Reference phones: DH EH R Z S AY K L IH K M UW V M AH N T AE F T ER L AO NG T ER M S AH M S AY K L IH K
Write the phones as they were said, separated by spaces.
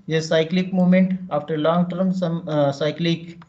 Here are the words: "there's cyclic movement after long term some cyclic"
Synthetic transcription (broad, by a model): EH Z S AY K L IH K M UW M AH N T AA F T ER L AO NG T ER M S AH M S AY K L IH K